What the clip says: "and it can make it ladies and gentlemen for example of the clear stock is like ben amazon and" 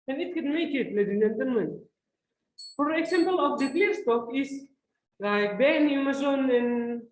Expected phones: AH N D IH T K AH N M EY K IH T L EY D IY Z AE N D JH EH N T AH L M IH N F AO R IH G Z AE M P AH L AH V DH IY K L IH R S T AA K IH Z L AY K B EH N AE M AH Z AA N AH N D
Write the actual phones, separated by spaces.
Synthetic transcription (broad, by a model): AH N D IH T K AH N M EY K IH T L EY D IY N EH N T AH N M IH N F AO R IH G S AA M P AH L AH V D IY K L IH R S T AA K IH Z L AY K B EH N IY M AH S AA N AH N